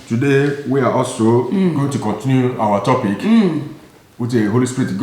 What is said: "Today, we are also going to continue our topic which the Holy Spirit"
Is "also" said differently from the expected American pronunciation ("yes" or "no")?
yes